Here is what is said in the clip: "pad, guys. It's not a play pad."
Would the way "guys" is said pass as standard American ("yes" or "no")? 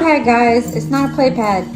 yes